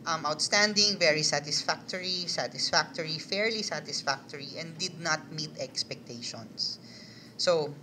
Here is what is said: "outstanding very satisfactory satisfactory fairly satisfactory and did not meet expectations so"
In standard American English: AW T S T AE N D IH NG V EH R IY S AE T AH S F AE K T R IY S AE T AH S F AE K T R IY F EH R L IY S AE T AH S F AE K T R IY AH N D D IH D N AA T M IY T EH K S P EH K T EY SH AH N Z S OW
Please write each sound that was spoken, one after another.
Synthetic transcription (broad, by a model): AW T S T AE N D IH NG V EH R IY S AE T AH S F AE K T R IY S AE T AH S F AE K T R IY F EH R L IY S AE T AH S F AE K T R IY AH N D D IH D N AA T M IY T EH K S P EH K T EY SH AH N S OW